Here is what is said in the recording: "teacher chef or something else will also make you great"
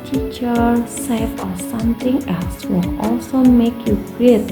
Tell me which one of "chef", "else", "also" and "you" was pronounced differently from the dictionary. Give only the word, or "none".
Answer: chef